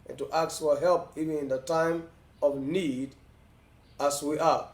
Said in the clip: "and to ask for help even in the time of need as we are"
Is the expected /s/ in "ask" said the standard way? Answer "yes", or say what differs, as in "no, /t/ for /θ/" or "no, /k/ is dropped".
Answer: no, /s/ is dropped